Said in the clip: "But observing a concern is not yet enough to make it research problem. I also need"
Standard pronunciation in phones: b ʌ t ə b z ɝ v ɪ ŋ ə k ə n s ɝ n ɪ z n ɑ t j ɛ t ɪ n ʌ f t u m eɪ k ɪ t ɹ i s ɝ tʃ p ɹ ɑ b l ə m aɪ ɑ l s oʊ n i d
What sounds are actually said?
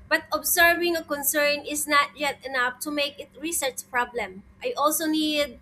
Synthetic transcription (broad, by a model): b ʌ t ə b s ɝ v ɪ ŋ ə k ə n s ɝ n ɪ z n ɑ t j ɛ t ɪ n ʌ f t u m eɪ k ɪ t ɹ i s ɝ tʃ p ɹ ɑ b l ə m aɪ ɑ l s oʊ n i d